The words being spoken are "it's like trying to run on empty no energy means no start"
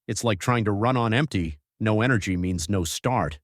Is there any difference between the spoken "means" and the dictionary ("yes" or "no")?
no